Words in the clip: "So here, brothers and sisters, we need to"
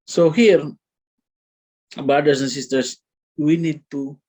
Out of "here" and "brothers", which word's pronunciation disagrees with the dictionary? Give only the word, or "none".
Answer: brothers